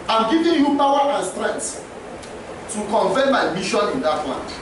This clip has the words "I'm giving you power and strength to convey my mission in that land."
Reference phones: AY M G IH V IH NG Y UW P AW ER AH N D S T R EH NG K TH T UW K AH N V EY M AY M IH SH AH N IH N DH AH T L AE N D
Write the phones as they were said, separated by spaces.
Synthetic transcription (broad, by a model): AY M G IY V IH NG Y UW P AW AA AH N S T R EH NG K S T UW K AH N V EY M AY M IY SH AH N IH N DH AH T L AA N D